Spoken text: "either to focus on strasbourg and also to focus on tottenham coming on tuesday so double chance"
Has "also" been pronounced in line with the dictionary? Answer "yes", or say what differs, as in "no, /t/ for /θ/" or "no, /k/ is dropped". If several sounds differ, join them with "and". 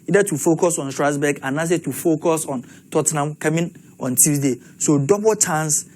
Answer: no, /l/ is dropped